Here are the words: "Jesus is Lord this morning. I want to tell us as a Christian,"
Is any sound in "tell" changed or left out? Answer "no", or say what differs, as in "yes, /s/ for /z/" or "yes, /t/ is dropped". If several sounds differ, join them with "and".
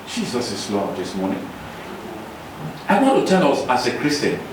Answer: yes, /n/ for /l/